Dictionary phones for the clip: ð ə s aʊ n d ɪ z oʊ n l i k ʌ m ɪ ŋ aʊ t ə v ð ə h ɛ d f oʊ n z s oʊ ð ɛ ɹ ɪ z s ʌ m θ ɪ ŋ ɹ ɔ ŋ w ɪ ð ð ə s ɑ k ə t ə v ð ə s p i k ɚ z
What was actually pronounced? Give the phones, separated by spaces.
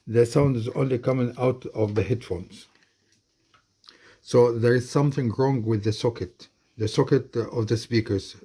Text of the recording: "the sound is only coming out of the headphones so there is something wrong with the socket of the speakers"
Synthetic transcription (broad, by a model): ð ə s aʊ n d ɪ z oʊ n l i k ʌ m ɪ ŋ aʊ t ə v ð ə h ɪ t f oʊ n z s oʊ ð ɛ ɹ ɪ z s ʌ m θ ɪ ŋ ɹ ɔ ŋ w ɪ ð ð ə s ɑ k ə t ə v ð ə s p i k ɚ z